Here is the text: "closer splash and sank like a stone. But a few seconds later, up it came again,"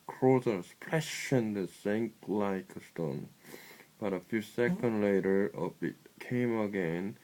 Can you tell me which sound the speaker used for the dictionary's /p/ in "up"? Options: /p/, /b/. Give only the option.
/b/